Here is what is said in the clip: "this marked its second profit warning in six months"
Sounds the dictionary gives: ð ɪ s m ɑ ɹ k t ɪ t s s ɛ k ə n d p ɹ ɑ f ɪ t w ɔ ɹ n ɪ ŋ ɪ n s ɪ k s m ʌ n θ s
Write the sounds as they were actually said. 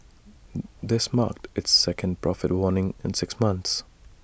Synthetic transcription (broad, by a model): ð ɪ s m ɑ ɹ k t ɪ t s s ɛ k ə n d p ɹ ɑ f ɪ t w ɔ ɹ n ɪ ŋ ɪ n s ɪ k s m ʌ n θ s